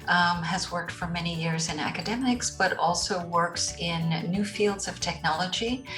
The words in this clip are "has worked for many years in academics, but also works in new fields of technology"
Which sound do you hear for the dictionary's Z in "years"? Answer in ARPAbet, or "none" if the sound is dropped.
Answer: Z